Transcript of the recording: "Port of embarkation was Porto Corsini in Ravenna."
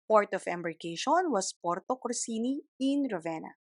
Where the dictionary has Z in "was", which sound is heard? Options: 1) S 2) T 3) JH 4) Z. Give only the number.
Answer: 1